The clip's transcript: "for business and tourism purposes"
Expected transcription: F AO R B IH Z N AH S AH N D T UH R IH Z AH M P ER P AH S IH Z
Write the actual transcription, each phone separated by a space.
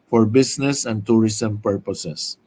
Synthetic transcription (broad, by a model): F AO R B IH S N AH S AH N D T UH R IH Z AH M P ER P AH S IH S